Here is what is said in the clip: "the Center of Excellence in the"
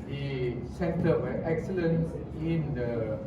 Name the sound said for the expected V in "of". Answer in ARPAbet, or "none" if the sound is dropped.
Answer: W